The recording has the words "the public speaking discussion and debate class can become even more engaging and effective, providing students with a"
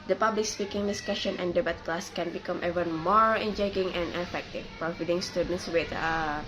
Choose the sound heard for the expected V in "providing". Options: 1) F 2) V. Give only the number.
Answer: 1